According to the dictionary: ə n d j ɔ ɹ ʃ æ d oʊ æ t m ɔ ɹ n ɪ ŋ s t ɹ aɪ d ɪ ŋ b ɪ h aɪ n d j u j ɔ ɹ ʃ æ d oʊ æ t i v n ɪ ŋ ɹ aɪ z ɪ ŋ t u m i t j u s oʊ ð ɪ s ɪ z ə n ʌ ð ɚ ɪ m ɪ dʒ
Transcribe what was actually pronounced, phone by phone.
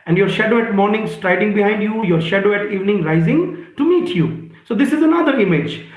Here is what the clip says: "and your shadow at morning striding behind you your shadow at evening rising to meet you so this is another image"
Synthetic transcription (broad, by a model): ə n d j ɔ ɹ ʃ æ d oʊ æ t m ɔ ɹ n ɪ ŋ s t ɹ aɪ d ɪ ŋ b ɪ h aɪ n d j u j ɔ ɹ ʃ æ d oʊ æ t i v n ɪ ŋ ɹ aɪ z ɪ ŋ t u m i t j u s oʊ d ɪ s ɪ z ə n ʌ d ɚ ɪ m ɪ dʒ